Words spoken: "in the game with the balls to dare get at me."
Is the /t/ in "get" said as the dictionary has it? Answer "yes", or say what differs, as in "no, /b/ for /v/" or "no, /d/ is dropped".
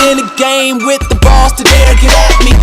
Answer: no, /t/ is dropped